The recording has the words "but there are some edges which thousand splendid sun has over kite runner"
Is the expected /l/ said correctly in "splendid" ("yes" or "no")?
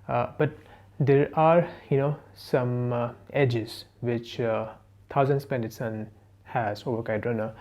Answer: no